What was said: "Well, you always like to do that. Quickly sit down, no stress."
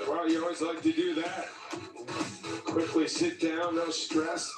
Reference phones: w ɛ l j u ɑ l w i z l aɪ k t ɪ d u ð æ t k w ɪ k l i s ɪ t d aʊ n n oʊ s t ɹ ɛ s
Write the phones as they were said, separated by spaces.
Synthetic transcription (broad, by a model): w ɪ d j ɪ ɑ l w i z l aɪ k t ɪ d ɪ ð æ t k w ɪ k l i s ɪ t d aʊ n n oʊ s t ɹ ɛ s